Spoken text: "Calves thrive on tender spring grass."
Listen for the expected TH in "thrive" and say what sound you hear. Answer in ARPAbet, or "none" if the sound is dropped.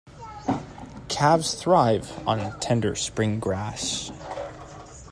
TH